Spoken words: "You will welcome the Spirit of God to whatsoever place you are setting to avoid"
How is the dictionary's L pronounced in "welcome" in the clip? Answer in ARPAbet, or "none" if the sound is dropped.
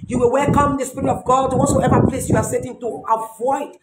L